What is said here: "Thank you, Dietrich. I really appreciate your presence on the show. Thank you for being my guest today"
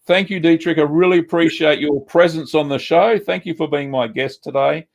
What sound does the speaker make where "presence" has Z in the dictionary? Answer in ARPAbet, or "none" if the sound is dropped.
Z